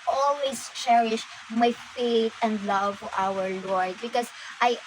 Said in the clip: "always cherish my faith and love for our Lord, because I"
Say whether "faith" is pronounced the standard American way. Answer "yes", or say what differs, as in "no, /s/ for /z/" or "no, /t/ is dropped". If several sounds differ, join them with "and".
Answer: no, /t/ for /θ/